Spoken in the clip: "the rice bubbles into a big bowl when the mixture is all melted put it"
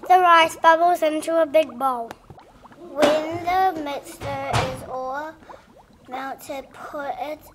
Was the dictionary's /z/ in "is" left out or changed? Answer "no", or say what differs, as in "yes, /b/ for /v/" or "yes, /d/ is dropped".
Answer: no